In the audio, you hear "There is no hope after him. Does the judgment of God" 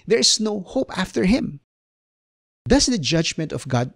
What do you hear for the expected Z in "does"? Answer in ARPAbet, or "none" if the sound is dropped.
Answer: S